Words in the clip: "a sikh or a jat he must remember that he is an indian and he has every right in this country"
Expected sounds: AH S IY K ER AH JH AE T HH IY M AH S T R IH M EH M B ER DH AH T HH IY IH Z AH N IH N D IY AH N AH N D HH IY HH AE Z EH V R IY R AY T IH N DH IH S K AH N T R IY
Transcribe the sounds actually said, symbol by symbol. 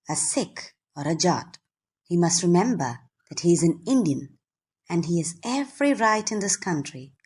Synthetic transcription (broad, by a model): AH S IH K ER AH JH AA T HH IY M AH S T R IH M EH M B ER DH AH T HH IY IH Z AH N IH N D IY AH N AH N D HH IY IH Z EH V R IY R AY T IH N DH IH S K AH N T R IY